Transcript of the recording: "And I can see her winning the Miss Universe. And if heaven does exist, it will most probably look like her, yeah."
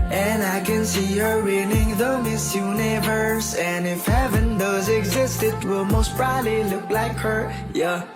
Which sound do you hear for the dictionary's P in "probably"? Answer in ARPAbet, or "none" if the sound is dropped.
B